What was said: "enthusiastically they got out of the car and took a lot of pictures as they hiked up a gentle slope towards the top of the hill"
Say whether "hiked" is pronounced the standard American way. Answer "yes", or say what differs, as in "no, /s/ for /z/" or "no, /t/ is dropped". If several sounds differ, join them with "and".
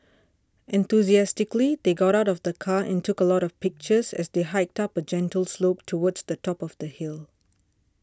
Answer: yes